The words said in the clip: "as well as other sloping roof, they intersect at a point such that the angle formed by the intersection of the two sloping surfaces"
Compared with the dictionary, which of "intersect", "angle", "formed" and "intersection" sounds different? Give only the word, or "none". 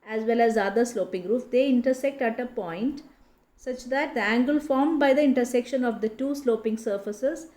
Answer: none